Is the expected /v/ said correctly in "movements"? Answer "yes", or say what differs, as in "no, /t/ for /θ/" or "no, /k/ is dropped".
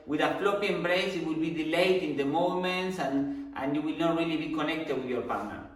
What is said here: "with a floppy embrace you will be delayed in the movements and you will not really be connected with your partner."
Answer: no, /v/ is dropped